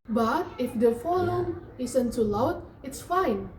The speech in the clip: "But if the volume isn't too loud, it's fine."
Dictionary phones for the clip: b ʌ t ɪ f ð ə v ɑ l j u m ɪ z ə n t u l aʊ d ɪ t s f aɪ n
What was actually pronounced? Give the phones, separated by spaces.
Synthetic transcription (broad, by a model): b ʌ t ɪ f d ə f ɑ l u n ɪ s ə n t u l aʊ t ɪ t s f aɪ n